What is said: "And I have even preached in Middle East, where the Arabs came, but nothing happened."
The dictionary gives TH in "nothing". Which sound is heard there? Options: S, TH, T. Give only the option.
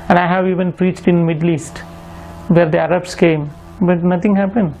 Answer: T